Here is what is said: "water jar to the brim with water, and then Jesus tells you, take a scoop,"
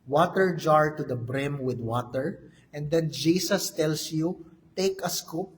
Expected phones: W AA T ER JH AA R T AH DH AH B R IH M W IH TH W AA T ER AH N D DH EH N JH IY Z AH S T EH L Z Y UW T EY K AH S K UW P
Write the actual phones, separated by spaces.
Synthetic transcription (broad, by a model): W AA T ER JH AA R T AH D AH B R IH M W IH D W AA T ER AH N D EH N JH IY S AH S T EH L S Y UW T EY K AH S K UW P